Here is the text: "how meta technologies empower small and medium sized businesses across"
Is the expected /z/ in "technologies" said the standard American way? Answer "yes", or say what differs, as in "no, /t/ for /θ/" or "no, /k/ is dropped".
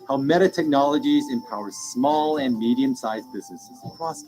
yes